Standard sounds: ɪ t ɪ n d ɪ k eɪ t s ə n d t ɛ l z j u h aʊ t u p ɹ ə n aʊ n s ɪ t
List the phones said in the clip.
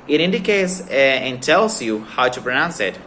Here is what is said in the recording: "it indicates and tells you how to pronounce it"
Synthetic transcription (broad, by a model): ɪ t ɪ n d ɪ k eɪ t s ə n t ɛ l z j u h aʊ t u p ɹ ə n aʊ n s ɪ t